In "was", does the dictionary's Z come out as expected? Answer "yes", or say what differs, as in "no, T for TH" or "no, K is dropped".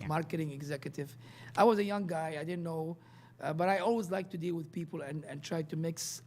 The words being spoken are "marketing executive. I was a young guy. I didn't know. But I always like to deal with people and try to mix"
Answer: yes